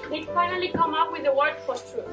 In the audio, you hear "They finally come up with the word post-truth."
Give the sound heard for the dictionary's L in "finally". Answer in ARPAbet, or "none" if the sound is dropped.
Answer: L